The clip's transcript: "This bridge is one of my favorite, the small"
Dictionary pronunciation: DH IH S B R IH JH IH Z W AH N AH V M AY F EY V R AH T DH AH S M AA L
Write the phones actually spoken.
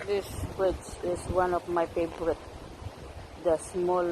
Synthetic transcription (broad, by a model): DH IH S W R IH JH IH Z W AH N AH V M AY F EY B R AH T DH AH S M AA L